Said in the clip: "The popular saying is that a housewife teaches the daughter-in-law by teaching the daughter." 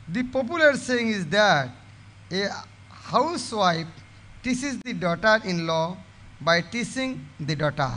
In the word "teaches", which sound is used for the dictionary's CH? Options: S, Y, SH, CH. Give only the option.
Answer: S